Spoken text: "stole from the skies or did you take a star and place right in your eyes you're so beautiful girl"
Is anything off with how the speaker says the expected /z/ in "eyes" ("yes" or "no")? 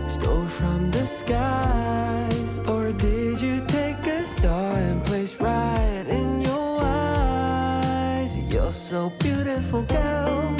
no